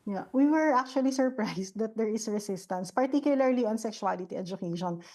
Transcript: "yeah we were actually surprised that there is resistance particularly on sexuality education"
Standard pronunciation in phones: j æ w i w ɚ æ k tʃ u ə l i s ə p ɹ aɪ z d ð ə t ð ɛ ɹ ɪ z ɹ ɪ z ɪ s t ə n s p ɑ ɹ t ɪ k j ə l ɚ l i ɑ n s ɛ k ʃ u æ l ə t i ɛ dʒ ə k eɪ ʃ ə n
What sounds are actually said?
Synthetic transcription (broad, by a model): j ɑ w i w ɚ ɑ k tʃ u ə l i s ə p ɹ aɪ s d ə t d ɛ ɹ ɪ s ɹ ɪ s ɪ s t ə n s p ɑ ɹ t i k j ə l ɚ l i ɑ n s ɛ k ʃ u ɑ l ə t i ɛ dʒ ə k eɪ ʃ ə n